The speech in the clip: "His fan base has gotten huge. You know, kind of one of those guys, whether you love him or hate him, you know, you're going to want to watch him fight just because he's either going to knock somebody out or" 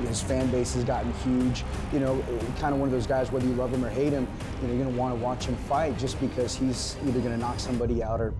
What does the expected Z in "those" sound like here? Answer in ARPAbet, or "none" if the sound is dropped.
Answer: Z